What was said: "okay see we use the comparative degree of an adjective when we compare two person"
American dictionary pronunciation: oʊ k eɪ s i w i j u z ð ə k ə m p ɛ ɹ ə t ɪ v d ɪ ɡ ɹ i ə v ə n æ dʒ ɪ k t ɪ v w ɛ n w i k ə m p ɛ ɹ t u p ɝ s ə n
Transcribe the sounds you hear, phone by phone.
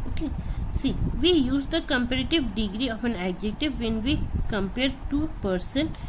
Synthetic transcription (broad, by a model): oʊ k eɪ s i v i j u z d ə k ə m p ɛ ɹ ə t ɪ v d ɪ ɡ ɹ i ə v ə n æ dʒ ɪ k t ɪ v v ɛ n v i k ə m p ɛ ɹ t u p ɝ s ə n